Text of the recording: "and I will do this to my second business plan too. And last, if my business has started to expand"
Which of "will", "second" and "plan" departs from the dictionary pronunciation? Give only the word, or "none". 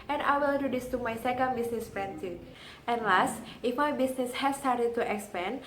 plan